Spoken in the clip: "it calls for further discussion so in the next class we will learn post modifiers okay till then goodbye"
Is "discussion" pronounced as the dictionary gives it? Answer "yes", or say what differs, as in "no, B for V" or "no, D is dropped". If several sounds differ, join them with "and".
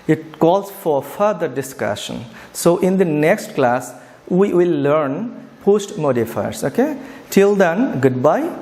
yes